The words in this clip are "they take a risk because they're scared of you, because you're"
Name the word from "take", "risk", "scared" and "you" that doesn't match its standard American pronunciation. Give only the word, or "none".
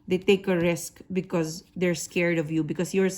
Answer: none